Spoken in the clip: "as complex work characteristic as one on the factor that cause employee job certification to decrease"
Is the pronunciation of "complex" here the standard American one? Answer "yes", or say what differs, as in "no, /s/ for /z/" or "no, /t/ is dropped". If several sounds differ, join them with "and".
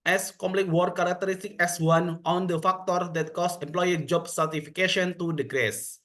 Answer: no, /s/ is dropped